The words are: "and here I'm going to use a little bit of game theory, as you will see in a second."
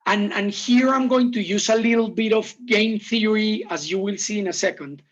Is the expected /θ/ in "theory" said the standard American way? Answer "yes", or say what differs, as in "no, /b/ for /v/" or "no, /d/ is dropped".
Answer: yes